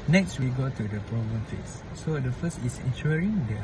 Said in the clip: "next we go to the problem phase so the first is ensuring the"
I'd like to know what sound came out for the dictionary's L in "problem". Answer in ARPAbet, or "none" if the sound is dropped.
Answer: none